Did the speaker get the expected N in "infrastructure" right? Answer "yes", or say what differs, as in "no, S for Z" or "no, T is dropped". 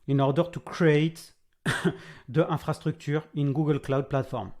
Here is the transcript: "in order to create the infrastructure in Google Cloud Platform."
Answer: no, N is dropped